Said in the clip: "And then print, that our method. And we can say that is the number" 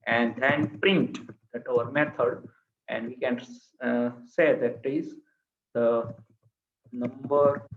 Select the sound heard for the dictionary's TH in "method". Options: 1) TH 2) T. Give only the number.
2